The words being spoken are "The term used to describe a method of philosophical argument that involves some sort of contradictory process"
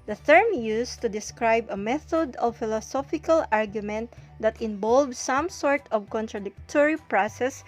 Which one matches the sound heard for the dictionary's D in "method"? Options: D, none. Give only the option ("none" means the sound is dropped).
D